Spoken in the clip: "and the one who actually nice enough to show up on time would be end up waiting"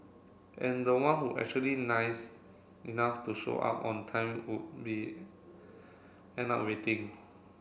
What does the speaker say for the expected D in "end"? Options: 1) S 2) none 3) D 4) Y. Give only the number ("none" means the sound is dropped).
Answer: 2